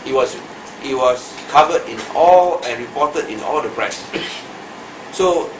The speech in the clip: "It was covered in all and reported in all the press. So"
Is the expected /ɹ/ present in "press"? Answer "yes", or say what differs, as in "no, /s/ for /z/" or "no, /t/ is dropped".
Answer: yes